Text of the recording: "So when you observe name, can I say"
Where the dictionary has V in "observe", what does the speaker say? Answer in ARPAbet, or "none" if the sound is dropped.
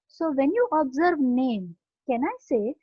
V